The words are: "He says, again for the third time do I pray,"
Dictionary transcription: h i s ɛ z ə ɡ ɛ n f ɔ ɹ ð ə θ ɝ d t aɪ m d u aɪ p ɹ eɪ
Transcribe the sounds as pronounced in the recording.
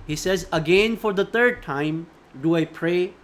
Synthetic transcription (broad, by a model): h i s ɛ z ə ɡ ɛ n f ɔ ɹ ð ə t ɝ d t aɪ m d u aɪ p ɹ eɪ